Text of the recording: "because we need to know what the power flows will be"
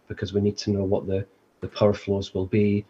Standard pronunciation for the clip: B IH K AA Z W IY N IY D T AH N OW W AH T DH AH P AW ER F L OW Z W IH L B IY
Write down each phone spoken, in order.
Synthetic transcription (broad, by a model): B IH K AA Z W IY N IY D T AH N OW W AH T DH AH P AW ER F L OW Z W IH L B IY